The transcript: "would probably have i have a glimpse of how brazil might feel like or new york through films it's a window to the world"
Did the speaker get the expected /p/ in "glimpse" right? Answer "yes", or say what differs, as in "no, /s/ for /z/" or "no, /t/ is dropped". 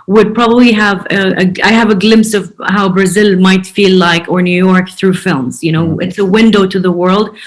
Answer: yes